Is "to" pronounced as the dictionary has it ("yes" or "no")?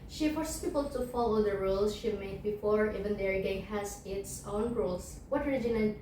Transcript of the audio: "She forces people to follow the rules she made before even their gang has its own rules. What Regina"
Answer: yes